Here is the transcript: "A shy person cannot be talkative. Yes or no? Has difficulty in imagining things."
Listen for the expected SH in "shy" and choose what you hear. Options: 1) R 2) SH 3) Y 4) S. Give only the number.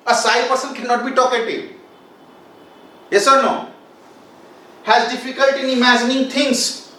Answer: 4